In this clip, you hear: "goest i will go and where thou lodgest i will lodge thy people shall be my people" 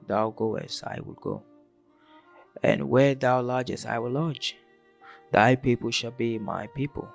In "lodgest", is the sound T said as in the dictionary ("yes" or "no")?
no